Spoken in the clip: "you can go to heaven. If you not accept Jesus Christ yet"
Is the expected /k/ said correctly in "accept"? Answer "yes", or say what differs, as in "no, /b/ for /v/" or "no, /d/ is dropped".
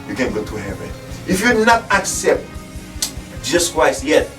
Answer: yes